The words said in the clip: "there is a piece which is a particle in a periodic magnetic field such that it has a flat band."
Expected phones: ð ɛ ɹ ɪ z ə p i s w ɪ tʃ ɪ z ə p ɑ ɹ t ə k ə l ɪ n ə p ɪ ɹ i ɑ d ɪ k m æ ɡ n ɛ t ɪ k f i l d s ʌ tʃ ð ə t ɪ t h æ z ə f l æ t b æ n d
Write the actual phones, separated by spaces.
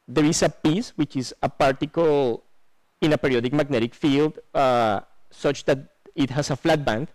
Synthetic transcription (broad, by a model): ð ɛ ɹ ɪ s ə p i s w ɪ tʃ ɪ s ə p ɑ ɹ t ə k ə l ɪ n ə p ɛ ɹ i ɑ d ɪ k m æ ɡ n ɛ t ɪ k f i l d s ʌ tʃ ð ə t ɪ t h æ s ə f l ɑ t b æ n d